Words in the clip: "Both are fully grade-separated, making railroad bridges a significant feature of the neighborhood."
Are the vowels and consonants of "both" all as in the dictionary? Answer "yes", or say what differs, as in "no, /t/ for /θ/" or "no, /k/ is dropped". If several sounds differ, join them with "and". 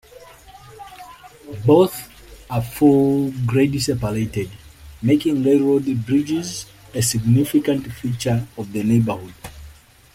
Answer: yes